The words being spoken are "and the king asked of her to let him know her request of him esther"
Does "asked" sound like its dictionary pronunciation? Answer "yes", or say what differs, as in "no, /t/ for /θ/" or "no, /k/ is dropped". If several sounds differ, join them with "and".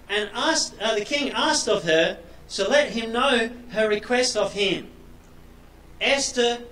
yes